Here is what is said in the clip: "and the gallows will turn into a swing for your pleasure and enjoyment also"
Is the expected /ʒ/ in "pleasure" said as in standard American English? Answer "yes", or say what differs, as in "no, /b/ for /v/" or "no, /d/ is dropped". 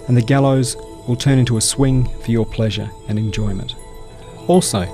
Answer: yes